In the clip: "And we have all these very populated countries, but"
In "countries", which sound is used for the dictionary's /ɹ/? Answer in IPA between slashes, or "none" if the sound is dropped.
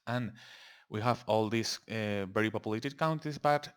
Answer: none